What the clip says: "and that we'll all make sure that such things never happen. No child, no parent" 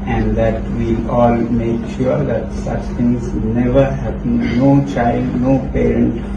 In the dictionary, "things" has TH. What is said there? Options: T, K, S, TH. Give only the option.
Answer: T